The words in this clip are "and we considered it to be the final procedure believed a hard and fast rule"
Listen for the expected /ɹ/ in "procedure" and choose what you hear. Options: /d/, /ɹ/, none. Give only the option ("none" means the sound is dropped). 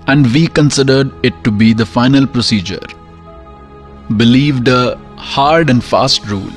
/ɹ/